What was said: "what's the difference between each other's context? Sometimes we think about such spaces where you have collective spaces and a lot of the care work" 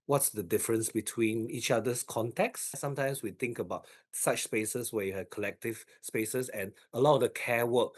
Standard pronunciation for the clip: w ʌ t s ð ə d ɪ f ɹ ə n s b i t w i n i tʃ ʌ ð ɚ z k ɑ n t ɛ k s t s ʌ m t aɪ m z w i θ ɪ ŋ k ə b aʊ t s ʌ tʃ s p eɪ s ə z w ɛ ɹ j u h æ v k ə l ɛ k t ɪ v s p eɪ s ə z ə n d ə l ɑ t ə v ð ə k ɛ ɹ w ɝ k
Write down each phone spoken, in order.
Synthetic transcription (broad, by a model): w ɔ t s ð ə d ɪ f ɹ ə n s b i t w i n i tʃ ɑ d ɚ s k ɑ n t ɛ k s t s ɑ m t aɪ m s w i t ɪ ŋ k ə b aʊ t s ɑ tʃ s p eɪ s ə s w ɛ j u h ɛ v k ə l ɛ k t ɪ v s p eɪ s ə s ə n ə l ɑ t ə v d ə k ɛ w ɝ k